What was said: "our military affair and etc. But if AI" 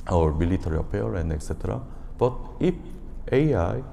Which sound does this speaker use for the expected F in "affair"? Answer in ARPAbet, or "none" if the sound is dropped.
P